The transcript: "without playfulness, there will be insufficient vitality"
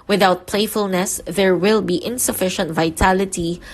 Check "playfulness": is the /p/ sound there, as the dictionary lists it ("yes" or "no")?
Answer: yes